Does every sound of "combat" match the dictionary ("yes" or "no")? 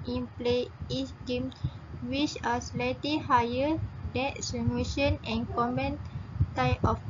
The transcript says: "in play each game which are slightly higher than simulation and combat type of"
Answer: no